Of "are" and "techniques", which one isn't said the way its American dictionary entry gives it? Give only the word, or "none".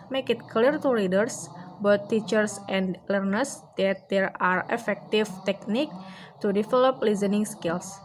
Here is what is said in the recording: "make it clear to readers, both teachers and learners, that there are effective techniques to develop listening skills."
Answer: techniques